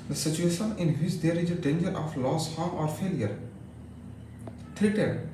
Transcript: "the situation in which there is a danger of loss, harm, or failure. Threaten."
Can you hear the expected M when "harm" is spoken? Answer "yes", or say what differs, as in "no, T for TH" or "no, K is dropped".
no, M is dropped